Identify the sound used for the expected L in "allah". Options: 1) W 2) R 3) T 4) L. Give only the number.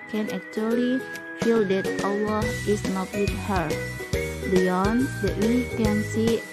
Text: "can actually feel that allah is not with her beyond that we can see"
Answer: 1